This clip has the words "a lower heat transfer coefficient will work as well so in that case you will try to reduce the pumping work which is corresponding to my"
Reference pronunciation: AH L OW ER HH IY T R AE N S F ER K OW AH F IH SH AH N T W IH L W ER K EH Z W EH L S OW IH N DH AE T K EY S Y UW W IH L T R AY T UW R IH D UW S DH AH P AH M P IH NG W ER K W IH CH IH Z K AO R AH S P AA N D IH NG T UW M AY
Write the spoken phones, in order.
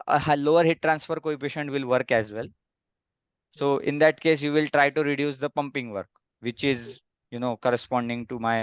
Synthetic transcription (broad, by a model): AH L OW ER HH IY T R AE N S F ER K OW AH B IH SH AH N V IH L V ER K EH Z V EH L S OW IH N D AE T K EY S Y UW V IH L T R AY T UW R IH D UW S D AH P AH M P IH NG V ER K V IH CH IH Z K AO R AH S P AA N D IH NG T UW M AY